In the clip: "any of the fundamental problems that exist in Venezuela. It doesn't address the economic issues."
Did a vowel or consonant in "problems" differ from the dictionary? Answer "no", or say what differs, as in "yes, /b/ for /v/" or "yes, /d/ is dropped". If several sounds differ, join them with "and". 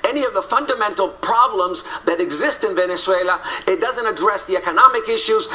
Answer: no